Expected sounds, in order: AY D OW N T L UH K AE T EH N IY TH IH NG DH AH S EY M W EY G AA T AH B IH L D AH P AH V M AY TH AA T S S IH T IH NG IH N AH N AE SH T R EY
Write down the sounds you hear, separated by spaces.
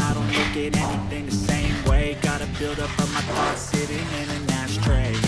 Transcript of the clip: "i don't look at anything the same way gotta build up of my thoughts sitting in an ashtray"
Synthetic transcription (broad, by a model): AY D OW N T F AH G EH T EH N IY TH IH NG DH AH S EY M W EY G AA T AH B IH L D AH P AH M AY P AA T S S IH T IH NG IH N AH N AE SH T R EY